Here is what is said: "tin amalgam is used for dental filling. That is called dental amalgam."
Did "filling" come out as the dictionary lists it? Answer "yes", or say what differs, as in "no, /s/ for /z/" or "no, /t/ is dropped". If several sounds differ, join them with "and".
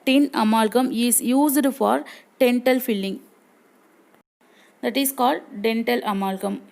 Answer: yes